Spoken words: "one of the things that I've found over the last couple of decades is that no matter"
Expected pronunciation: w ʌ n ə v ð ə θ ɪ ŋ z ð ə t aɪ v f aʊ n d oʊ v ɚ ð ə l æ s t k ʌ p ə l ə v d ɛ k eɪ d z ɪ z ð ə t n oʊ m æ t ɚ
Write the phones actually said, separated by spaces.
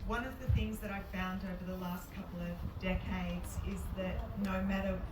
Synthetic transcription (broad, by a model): w ʌ n ə v ð ə θ ɪ ŋ z ð ə t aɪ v f aʊ n d oʊ v ɚ ð ə l æ s t k ʌ p l ə v d ɛ k eɪ d z ɪ z ð ə t n oʊ m æ t ɚ